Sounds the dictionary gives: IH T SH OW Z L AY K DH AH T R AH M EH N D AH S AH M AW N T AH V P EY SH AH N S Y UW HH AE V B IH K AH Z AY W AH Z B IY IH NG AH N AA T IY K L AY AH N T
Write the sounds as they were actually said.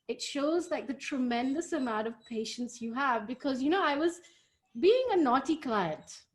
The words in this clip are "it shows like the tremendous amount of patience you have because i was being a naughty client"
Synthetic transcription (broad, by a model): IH T SH OW Z L AY K DH AH T R AH M EH N D AH S AH M AW N T AH V P EY SH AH N S Y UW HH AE V B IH K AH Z AY W AH Z B IY IH NG AH N AA T IY K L AY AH N T